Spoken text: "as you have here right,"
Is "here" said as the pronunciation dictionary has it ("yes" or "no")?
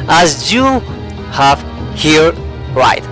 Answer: yes